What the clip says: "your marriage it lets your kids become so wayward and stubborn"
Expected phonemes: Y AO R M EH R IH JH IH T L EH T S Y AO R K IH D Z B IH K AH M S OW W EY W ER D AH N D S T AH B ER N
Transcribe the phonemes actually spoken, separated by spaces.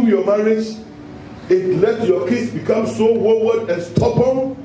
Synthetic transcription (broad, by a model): Y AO M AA R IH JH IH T L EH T Y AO K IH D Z B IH K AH M S OW W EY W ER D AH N S T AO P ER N